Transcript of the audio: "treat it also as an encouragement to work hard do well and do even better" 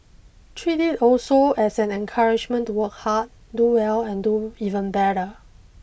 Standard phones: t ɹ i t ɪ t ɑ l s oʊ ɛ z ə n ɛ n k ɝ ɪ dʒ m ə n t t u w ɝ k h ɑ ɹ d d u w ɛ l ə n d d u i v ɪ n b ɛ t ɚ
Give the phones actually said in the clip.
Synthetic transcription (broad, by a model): t ɹ i t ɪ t ɑ l s oʊ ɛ s ə n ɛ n k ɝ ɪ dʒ m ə n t t u w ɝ k h ɑ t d d u w ɛ l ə n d d u i v ɪ n b ɛ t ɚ